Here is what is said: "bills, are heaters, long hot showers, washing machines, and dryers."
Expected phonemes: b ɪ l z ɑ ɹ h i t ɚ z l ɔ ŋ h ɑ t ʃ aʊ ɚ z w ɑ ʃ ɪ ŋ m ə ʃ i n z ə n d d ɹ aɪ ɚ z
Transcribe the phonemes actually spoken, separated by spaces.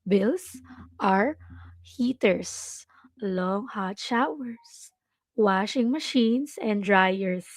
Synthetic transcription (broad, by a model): b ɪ l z ɑ ɹ h i t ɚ s l ɔ ŋ h ɑ t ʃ aʊ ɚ s w ɑ ʃ ɪ ŋ m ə ʃ i n s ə n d d ɹ aɪ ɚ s